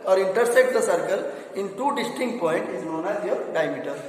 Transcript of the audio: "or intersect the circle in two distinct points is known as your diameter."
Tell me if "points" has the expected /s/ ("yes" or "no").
no